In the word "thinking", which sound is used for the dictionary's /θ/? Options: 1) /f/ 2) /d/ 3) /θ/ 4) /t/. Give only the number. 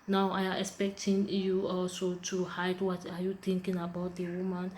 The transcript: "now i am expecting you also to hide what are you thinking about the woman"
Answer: 4